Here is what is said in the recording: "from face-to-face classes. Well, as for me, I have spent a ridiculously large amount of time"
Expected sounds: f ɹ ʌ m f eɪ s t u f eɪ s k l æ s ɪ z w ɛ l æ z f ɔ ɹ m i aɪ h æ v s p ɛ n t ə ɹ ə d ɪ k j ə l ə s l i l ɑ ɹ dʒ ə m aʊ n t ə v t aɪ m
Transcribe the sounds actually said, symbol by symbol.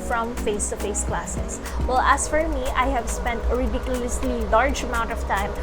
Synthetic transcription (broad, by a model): f ɹ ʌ m f eɪ s t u f eɪ s k l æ s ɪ s w ɛ l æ s f ɔ ɹ m i aɪ h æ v s p ɛ n t ə ɹ ə d ɪ k j ə l ə s l i l ɑ ɹ dʒ ə m aʊ n t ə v t aɪ m